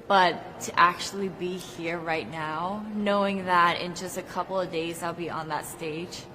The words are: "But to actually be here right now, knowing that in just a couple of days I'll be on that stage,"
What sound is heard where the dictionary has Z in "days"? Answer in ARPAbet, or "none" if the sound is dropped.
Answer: Z